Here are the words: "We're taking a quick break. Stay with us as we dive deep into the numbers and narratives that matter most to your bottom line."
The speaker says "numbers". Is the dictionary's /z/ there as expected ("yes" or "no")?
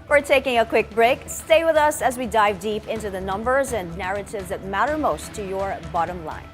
yes